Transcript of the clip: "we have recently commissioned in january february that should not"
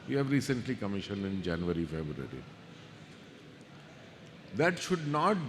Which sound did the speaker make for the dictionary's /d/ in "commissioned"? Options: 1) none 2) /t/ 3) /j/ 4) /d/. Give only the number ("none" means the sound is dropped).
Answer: 1